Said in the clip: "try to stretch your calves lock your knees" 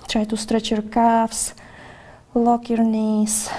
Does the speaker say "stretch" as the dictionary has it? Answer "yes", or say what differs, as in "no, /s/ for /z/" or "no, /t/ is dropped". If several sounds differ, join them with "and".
yes